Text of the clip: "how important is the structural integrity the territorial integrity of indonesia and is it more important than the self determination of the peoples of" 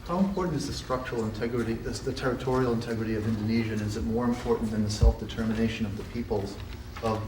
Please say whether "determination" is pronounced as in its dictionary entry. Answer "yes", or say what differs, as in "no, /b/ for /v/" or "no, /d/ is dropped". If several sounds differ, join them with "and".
yes